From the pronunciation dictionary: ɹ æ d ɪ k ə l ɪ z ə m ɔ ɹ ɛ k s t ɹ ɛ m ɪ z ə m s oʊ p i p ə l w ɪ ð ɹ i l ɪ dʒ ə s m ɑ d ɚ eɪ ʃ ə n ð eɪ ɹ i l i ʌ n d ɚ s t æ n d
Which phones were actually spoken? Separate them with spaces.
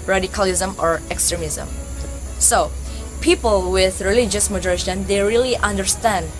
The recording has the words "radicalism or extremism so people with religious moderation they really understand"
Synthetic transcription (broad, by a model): ɹ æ d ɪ k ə l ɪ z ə m ɔ ɹ ɛ k s t ɹ ɛ m ɪ z ə m s oʊ p i p ə l w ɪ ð ɹ i l ɪ dʒ ə s m ɑ d ɚ eɪ ʃ ə n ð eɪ ɹ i l i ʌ n d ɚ s t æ n d